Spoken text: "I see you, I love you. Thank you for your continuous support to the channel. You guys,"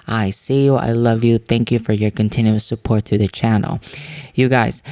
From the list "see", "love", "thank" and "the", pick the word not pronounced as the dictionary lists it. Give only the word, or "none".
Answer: none